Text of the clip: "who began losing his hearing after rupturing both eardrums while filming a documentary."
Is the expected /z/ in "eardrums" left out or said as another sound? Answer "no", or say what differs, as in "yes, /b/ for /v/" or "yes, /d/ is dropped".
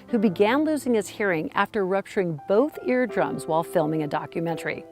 no